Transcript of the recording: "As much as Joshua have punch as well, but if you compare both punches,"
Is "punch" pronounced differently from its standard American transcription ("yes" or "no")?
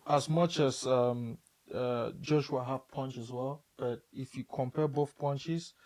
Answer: no